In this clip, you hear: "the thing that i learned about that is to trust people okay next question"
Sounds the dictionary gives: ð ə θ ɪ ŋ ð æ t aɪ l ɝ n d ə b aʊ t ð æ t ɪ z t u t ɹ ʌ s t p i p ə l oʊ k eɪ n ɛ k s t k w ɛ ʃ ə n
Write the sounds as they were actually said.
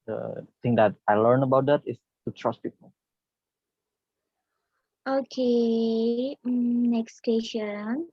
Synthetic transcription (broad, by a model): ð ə t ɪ ŋ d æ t aɪ l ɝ n ə b aʊ t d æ t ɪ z t u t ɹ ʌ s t p i p ə l oʊ k eɪ n ɛ k s t k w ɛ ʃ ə n